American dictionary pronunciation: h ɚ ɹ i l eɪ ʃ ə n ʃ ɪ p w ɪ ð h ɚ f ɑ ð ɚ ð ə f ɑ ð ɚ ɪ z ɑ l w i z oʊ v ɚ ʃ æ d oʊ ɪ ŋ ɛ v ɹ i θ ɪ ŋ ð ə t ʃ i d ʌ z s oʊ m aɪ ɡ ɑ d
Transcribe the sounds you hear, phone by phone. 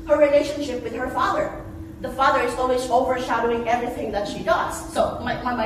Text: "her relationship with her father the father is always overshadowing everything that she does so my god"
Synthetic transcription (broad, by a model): h ɚ ɹ i l eɪ ʃ ə n ʃ ɪ p w ɪ ð h ɚ f ɑ ð ɚ ð ə f ɑ ð ɚ ɪ z ɑ l w i z oʊ v ɚ ʃ æ d oʊ ɪ ŋ ɛ v ɹ i θ ɪ ŋ ð ə t ʃ i d ʌ z s oʊ m aɪ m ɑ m